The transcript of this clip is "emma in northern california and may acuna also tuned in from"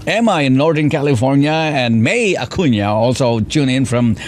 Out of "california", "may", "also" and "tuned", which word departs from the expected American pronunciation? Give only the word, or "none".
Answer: tuned